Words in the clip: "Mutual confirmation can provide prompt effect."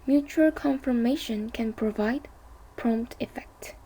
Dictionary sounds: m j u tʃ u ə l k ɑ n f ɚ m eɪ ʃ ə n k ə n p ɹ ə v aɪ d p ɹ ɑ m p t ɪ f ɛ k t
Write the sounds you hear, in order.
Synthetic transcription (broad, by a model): m j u tʃ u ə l k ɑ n f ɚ m eɪ ʃ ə n k ə n p ɹ ə v aɪ d p ɹ ɑ m p t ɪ f ɛ k t